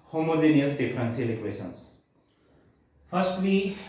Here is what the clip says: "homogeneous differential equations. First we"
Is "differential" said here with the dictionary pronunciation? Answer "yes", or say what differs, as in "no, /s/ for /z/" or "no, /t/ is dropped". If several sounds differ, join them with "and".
no, /s/ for /ʃ/